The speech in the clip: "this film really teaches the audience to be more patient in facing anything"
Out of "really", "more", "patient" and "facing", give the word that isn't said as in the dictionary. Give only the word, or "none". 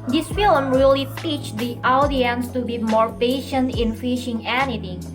facing